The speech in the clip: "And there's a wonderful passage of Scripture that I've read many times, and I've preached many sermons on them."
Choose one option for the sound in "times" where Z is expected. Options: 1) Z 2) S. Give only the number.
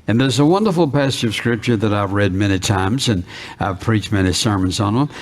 1